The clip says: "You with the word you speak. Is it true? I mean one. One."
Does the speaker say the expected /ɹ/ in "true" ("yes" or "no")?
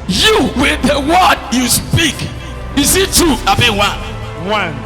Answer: no